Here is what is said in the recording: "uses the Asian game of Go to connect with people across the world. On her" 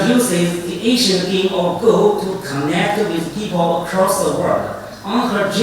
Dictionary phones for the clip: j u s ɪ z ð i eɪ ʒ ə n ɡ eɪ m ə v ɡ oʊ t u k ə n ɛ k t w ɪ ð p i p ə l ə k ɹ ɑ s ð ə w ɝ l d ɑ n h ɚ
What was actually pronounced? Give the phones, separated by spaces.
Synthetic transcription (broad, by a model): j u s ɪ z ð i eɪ ʃ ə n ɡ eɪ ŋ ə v ɡ oʊ t u k ə n ɛ k t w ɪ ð p i p ə l ə k ɹ ɑ s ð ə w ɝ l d ɑ n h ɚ